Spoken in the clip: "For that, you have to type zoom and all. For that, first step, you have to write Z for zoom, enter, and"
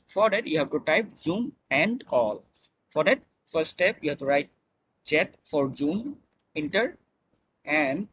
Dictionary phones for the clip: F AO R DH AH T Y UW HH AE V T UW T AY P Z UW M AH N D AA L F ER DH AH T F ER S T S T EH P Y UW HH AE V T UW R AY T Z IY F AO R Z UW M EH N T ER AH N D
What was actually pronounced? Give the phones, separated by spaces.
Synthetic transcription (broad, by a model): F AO R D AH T Y UW HH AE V T UW T AY P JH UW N AH N D AA L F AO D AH T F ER T S T EH P Y UW HH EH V T UW R AY T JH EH F AO R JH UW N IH N T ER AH N D